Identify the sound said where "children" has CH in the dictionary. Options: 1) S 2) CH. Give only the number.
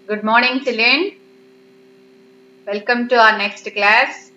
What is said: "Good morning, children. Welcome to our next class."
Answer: 1